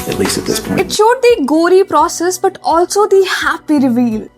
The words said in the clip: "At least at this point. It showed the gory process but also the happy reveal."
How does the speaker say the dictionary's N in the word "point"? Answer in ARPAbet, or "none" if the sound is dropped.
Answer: none